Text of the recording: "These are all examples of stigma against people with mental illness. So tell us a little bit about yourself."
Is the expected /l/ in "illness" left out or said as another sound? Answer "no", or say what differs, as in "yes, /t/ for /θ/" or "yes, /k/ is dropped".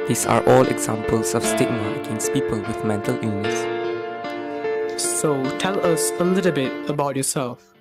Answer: yes, /l/ is dropped